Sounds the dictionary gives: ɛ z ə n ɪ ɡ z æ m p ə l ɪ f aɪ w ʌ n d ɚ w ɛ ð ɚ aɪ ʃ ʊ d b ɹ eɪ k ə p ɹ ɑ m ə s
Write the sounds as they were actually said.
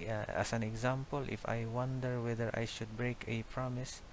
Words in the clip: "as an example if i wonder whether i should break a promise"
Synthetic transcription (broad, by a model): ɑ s ə n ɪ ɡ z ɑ m p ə l ɪ f aɪ w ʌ n d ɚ w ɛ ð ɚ aɪ ʃ ʊ d b ɹ eɪ k ə p ɹ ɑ m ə s